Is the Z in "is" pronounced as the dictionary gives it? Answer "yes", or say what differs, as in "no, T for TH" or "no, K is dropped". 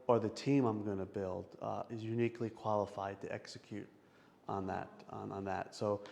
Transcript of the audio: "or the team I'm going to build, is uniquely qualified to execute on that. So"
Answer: yes